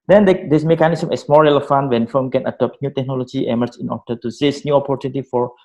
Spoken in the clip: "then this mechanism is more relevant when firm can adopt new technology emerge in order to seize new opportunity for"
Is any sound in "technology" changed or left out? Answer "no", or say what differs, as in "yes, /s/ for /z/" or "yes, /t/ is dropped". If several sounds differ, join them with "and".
no